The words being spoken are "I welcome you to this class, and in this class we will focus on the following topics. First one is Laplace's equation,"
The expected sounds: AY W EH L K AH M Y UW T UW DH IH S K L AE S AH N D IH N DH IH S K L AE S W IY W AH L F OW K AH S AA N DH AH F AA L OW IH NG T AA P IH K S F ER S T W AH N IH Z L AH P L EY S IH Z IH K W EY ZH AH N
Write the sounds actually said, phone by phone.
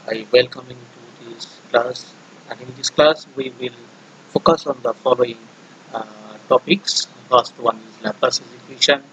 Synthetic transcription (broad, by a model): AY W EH L K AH M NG T UW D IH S K L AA S AH N D IH N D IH S K L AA S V IY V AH L F OW K AH S AA N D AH F AA L OW IH NG T AA P IH K S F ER S T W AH N IH Z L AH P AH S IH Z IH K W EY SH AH N